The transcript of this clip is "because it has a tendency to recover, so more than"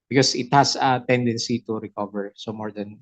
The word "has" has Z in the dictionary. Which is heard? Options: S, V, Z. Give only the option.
S